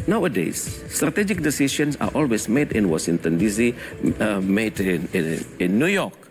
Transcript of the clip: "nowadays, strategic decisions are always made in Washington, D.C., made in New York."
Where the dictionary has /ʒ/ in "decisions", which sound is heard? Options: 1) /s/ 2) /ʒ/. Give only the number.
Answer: 1